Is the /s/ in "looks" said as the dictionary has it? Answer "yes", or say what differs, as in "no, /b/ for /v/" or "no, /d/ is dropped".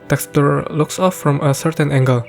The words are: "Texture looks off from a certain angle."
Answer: yes